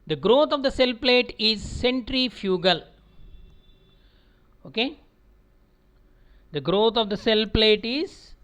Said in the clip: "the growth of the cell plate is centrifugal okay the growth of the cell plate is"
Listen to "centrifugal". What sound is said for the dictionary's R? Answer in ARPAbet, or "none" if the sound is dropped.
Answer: R